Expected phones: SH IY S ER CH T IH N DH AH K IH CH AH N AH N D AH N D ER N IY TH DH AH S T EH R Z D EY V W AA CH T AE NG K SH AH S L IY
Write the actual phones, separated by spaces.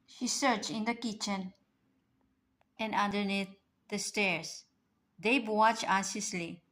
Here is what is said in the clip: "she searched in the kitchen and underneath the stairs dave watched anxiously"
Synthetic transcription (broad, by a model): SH IY S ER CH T IH N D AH K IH CH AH N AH N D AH N D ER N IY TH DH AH S T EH R S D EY B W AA CH AE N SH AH S L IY